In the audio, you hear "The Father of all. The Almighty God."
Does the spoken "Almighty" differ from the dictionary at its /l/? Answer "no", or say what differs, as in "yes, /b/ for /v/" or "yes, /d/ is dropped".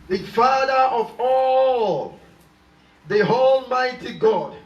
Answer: no